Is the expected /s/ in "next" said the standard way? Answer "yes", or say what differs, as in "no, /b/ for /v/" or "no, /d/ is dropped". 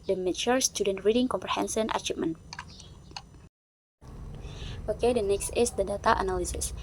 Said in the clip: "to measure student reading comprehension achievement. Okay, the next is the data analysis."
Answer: yes